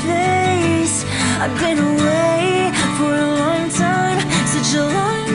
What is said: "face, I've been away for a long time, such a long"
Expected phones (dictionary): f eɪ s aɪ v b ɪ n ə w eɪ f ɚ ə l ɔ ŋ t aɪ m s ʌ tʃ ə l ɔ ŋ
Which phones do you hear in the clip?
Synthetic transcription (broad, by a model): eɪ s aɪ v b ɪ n ə w eɪ f ɚ ə l ɔ ŋ t aɪ m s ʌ ə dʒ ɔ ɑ